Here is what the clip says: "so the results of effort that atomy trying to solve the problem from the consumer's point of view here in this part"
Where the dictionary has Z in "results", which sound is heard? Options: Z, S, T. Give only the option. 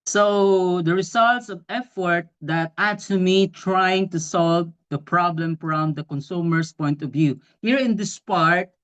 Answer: S